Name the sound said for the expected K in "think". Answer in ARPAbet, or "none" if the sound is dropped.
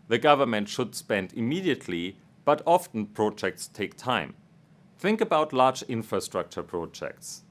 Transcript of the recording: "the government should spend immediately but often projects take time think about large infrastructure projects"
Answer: K